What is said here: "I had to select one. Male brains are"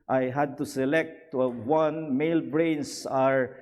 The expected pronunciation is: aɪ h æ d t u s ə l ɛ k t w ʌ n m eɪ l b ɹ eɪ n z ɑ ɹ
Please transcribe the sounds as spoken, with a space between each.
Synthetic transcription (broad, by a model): aɪ h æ d t u s ə l ɛ k t w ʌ n m eɪ l b ɹ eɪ n s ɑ ɹ